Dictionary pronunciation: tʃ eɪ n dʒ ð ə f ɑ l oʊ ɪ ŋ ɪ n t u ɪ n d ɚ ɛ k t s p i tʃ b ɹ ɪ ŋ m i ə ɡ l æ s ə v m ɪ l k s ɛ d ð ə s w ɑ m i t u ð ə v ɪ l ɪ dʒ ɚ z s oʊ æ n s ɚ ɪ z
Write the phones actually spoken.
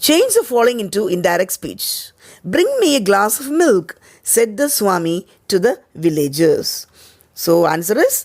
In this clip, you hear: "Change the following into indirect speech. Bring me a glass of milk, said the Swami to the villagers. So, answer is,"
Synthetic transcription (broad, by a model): tʃ eɪ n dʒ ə f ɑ l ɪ ŋ ɪ n t u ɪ n d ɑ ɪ k t s p i tʃ b ɹ ɪ ŋ m i ə ɡ l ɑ s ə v m ɪ l k s ɛ d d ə s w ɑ m i t u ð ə v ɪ l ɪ dʒ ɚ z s oʊ æ n s ɚ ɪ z